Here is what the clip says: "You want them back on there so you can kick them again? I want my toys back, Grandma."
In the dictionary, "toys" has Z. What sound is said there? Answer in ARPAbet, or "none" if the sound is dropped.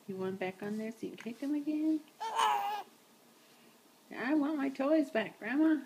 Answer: Z